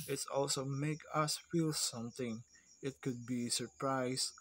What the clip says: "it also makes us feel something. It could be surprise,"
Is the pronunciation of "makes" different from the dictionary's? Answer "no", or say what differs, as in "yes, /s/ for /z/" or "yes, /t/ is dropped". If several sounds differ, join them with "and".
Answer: yes, /s/ is dropped